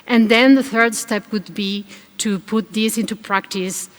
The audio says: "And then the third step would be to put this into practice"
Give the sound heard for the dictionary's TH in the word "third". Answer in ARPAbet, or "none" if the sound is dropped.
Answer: TH